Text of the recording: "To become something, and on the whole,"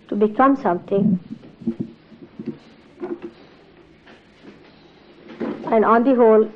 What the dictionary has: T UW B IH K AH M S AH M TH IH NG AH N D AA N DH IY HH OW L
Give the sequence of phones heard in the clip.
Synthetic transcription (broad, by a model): T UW B IH K AH M S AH M T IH NG AH N D AA N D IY HH OW L